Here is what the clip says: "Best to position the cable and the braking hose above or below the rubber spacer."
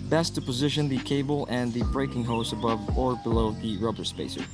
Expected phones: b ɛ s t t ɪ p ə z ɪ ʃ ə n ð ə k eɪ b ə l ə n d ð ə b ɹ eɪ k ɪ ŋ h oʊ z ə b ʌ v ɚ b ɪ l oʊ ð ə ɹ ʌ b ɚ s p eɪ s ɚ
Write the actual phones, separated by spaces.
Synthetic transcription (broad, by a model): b ɛ s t t ɪ p ə z ɪ ʃ ə n ð ə k eɪ b l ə n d ð ə b ɹ eɪ k ɪ ŋ h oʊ s ə b ʌ v ɚ b ɪ l oʊ ð ə ɹ ʌ b ɚ s p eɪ s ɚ